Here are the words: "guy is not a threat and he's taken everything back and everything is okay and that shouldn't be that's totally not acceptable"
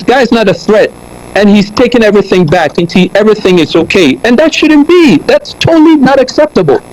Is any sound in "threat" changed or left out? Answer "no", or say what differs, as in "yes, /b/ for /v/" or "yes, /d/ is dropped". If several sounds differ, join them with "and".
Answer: no